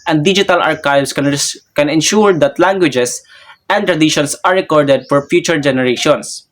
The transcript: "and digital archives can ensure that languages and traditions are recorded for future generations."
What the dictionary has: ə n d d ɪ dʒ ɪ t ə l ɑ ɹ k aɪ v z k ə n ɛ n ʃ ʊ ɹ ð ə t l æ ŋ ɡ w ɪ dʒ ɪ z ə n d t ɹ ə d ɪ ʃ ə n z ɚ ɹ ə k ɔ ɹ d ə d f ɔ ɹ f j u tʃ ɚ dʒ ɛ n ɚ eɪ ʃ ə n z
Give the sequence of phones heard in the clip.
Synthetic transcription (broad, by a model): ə n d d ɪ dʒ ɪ t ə l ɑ ɹ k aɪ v s k ə n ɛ n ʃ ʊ ɹ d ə t l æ ŋ ɡ w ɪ dʒ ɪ s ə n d t ɹ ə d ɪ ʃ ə n s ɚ ɹ ə k ɔ ɹ d ə d f ɔ ɹ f j u tʃ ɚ dʒ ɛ n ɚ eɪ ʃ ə n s